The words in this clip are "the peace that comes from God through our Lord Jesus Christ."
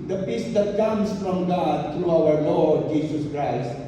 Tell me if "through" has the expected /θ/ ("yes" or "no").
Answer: no